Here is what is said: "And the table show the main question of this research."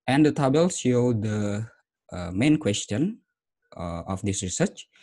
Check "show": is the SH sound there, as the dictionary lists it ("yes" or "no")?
no